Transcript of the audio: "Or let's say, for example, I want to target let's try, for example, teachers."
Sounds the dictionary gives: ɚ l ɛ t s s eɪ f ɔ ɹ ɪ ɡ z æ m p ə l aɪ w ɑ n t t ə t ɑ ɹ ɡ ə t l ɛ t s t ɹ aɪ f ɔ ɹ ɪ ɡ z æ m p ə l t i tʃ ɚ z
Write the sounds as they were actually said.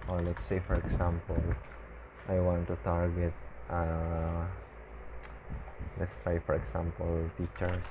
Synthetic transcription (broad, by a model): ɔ l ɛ t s s eɪ f ɔ ɹ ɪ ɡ s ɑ m p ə l aɪ w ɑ n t t ə t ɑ ɹ ɡ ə t l ɛ t s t aɪ f ɔ ɹ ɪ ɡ s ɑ m p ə l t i tʃ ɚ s